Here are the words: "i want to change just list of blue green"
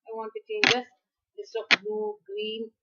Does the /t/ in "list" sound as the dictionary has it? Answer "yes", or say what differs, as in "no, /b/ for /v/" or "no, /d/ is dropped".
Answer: no, /t/ is dropped